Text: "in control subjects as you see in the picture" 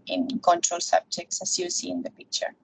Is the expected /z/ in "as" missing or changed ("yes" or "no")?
yes